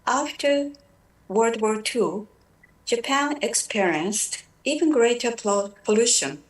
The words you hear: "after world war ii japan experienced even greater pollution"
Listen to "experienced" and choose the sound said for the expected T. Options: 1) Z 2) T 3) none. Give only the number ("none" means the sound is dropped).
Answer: 2